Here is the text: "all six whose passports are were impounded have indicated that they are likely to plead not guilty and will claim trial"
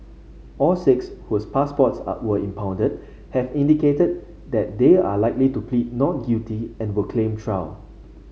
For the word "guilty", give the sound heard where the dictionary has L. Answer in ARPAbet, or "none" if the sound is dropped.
none